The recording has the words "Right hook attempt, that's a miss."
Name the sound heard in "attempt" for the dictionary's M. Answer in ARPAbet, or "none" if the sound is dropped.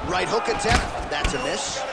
none